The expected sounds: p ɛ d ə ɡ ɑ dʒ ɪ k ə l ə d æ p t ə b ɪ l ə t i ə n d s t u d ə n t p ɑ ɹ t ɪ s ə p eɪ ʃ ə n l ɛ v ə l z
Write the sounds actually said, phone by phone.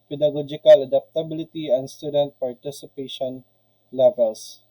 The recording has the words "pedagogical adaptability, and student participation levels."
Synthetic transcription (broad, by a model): p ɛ d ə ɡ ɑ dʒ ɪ k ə l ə d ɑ p t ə b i l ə t i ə n s t u d ə n t p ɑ ɹ t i s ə p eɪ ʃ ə n l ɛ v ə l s